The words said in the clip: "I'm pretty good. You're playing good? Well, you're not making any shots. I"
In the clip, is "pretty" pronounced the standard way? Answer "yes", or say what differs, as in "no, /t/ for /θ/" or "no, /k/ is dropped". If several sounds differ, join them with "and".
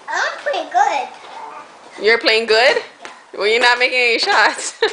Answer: no, /l/ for /ɹ/